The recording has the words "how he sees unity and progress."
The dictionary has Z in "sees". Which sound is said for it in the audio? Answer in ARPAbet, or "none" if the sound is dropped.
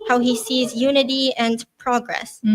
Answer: Z